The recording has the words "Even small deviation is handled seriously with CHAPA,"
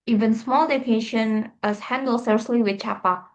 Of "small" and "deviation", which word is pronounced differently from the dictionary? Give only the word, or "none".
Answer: deviation